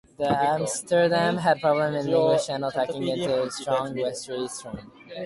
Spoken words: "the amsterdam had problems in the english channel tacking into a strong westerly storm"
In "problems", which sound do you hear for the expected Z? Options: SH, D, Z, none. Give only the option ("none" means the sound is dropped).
none